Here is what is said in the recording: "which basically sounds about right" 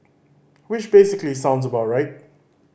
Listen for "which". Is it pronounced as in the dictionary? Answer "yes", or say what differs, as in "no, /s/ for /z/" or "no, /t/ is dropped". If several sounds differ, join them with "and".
no, /ʃ/ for /tʃ/